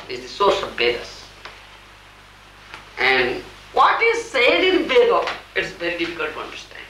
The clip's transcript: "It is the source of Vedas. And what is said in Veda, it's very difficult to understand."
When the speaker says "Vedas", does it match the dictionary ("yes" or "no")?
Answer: no